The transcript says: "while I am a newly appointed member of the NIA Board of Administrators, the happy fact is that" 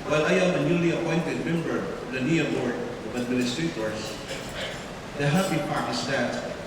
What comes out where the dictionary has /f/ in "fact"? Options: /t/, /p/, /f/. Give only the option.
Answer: /p/